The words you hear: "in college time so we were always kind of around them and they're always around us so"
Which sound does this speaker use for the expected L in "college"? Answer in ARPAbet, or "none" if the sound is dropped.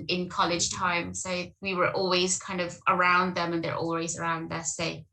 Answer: L